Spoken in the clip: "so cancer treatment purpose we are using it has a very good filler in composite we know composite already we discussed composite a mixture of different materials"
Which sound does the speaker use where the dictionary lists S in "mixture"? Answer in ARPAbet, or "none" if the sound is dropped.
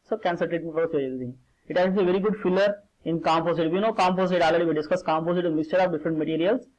S